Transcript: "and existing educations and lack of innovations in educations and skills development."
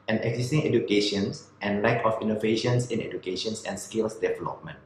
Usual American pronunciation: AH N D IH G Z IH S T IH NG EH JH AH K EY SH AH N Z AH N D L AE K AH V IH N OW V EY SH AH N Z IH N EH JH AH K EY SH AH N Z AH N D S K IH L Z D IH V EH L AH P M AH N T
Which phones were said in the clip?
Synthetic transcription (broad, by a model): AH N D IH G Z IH S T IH NG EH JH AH K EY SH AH N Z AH N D L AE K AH F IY N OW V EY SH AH N S IH N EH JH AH K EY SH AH N S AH N S K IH L S D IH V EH L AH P M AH N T